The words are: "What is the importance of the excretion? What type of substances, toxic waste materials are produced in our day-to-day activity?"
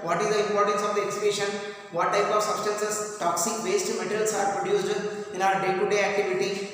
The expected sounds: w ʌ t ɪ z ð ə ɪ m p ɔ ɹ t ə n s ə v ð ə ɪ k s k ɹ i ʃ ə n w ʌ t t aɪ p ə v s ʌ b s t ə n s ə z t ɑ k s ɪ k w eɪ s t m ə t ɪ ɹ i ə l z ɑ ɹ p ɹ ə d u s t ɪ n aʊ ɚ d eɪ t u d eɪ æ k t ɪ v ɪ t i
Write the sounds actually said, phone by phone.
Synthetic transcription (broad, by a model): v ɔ t ɪ z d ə ɪ m p ɔ ɹ t ə n s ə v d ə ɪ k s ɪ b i ʃ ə n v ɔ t t aɪ p ə v s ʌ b s t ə n s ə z t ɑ k s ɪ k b eɪ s t m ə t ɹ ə l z ɑ ɹ p ɹ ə d u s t ɪ n aʊ ɚ d eɪ t u d eɪ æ k t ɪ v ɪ t i